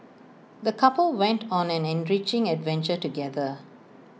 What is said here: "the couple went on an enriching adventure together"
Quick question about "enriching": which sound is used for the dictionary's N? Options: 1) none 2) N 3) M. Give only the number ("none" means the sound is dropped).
2